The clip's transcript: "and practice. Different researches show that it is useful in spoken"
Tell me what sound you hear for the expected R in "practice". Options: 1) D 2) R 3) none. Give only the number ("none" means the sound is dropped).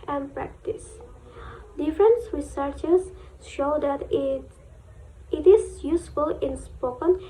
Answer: 2